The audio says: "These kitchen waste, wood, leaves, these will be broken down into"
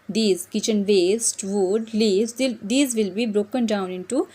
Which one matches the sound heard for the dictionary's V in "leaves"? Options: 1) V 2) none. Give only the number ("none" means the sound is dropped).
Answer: 2